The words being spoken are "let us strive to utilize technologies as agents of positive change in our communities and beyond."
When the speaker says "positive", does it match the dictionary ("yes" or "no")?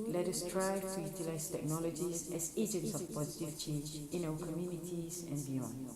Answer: yes